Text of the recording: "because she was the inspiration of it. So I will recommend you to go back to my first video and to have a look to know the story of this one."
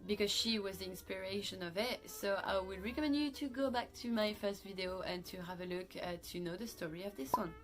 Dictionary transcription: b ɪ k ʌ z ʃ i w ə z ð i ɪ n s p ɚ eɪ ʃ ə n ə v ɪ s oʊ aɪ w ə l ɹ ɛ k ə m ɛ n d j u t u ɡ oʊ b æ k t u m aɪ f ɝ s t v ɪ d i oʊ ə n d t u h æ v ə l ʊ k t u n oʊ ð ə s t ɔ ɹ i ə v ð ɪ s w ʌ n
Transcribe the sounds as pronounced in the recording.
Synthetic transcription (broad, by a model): b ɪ k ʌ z ʃ i w ə z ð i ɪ n s p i eɪ ʃ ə n ə v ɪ s oʊ aɪ w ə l ɹ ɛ k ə m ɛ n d j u t u ɡ oʊ b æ k t u m aɪ f ɝ s t v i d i oʊ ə n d t u h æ v ə l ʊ k t u n oʊ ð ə s t ɔ ɹ i ə v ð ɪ s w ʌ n